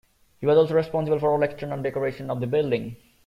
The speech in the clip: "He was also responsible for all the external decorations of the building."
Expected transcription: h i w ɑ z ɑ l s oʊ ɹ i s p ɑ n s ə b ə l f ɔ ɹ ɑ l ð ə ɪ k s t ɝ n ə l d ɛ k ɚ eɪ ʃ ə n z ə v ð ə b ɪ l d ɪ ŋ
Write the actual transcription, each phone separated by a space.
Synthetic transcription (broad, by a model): h i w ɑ z ɑ l s oʊ ɹ i s p ɑ n s ə b ə l f ɔ ɹ ɑ l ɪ k s t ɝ n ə n d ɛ k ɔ eɪ ʃ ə n ə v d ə b ɪ l d ɪ ŋ